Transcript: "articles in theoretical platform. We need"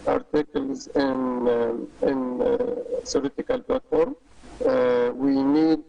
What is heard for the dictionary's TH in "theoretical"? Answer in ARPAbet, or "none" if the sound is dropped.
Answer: S